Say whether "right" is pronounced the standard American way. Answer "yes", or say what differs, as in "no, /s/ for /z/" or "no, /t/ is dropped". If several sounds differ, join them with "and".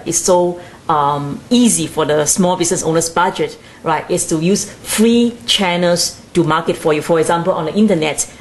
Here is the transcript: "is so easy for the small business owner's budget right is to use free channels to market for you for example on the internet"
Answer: yes